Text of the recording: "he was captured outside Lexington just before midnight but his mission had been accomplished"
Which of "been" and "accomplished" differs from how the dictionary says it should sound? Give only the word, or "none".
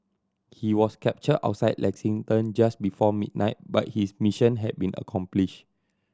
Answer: accomplished